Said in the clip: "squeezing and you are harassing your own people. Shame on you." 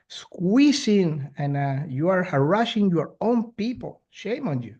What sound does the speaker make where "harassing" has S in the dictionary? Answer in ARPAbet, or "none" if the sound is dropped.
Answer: SH